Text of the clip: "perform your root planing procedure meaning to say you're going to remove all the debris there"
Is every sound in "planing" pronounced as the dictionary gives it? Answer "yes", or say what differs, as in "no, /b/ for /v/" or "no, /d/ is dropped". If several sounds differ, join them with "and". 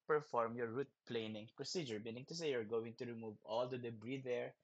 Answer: yes